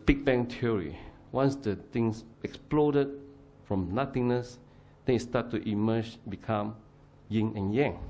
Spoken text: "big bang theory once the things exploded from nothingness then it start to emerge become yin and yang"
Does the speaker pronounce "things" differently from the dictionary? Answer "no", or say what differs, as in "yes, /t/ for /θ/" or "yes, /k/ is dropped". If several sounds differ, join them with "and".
yes, /t/ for /θ/ and /s/ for /z/